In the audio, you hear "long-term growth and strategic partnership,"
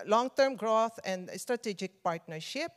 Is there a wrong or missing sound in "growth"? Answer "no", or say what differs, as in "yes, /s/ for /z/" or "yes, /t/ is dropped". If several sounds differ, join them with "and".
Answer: yes, /t/ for /θ/